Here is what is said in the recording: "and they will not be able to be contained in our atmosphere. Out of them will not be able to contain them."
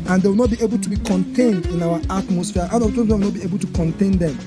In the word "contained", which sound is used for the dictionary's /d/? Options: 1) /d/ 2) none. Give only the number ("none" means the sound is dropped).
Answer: 1